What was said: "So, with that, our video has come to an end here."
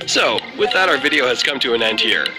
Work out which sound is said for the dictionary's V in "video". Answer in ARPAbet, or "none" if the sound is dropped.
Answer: V